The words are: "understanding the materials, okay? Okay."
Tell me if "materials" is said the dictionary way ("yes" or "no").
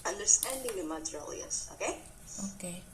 no